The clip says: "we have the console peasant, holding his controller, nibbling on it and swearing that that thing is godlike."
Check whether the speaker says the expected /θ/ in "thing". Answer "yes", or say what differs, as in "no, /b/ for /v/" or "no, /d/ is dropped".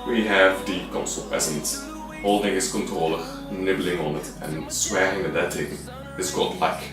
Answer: no, /t/ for /θ/